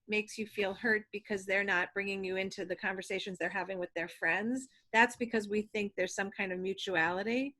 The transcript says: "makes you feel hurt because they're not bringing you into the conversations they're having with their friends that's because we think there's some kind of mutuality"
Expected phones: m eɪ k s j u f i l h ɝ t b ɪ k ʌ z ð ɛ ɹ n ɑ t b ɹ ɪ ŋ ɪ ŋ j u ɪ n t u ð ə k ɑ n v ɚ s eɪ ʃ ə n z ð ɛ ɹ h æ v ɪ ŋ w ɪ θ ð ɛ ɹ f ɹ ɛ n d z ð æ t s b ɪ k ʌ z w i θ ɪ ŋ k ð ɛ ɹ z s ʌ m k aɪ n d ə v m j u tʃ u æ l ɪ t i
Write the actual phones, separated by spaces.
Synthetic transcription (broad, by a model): m eɪ k s j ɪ f i l h ɝ t b ɪ k ʌ z ð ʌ ɹ n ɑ t b ɹ ɪ ŋ ɪ ŋ j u ɪ n t u ð ə k ɑ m v ɚ s eɪ ʃ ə n z ð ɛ ɹ h æ v ɪ ŋ w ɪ ð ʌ ɹ f ɹ ɛ n d z ð æ t s b ɪ k ʌ z w i θ ɪ ŋ k ð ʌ ɹ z s ʌ m k aɪ n d ə v m j u tʃ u æ l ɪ t i